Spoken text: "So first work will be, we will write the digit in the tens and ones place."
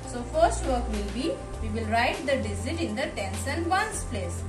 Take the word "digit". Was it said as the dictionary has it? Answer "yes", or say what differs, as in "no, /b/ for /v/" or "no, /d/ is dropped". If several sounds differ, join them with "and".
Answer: no, /z/ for /dʒ/